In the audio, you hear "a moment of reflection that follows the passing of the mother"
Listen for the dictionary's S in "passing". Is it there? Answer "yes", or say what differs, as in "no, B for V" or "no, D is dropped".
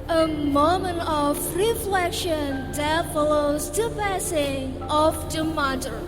yes